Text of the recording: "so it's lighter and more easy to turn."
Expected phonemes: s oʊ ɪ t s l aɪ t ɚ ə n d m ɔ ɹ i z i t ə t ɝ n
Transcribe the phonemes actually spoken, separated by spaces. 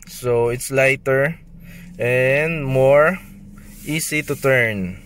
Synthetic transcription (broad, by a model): s oʊ ɪ t s l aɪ t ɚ ə n d m ɔ ɹ i s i t ə t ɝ n